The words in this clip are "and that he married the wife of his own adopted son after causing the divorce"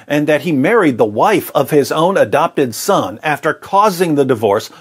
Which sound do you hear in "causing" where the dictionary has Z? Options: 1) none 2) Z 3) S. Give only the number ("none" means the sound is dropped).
2